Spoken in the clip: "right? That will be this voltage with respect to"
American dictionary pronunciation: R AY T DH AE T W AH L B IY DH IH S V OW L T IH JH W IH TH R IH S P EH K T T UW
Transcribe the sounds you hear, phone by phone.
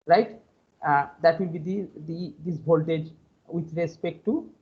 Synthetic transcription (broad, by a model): R AY T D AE T W AH L B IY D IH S B OW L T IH JH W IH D R IH S P EH K T T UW